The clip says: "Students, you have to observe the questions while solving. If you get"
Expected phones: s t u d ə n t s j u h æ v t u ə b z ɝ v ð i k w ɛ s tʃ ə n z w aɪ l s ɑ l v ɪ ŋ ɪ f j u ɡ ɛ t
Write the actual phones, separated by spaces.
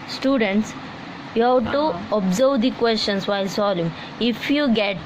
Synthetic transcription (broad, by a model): s t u d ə n t s j u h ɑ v t u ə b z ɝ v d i k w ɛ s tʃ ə n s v aɪ l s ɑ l ɪ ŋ ɪ f j u ɡ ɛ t